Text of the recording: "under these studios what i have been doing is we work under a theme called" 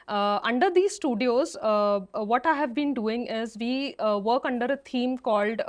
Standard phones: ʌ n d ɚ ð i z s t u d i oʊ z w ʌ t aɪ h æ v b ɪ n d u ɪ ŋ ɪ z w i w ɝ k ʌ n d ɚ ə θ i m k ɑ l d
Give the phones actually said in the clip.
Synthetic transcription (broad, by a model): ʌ n d ɚ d i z s t u d i oʊ z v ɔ t aɪ h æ v b ɪ n d u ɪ ŋ ɪ z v i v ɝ k ʌ n d ɚ ə t i m k ɑ l d